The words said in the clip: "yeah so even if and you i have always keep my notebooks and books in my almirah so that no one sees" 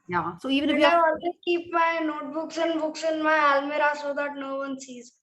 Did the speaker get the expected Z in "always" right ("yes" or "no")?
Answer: no